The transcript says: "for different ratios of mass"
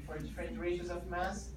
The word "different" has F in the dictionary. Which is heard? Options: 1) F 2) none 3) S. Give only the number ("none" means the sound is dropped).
2